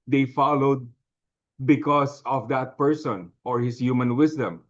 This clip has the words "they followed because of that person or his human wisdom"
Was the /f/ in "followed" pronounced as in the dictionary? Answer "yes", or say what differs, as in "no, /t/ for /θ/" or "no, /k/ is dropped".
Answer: yes